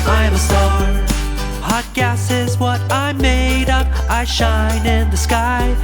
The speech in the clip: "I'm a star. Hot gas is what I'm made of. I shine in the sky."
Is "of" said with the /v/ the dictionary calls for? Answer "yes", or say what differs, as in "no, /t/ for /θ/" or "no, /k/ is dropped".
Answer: no, /p/ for /v/